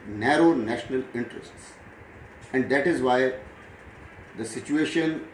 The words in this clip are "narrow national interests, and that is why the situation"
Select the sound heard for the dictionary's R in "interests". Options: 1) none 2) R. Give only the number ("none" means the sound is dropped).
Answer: 2